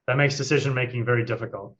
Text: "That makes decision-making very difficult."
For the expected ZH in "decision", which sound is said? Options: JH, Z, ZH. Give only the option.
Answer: ZH